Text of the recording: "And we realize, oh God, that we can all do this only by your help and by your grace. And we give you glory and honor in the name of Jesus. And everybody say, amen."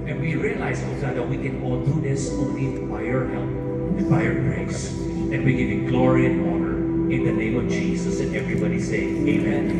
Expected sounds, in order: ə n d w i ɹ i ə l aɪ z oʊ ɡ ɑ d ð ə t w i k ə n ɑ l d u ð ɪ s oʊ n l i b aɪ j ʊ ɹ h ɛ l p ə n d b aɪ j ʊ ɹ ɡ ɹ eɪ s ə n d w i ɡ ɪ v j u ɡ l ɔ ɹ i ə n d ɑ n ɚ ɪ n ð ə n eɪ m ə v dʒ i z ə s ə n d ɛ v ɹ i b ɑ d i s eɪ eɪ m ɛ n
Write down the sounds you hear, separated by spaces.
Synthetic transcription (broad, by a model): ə n w i ɹ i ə l aɪ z oʊ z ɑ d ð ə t w i k ə n ɑ l d u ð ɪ s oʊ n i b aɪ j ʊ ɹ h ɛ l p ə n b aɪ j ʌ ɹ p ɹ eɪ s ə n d w i ɡ ɪ v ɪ ɡ l ɔ ɹ i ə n ɑ n ɚ ɪ n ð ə n eɪ m ə v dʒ i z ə s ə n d ɛ v ɹ i b ɑ d i s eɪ eɪ m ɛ n